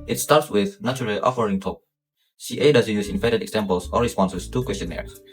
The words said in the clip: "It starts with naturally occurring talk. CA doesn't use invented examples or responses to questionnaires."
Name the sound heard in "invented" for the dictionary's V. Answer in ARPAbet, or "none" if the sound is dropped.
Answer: F